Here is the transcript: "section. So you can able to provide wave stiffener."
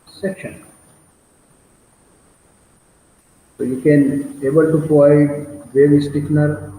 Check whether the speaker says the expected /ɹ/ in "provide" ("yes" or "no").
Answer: no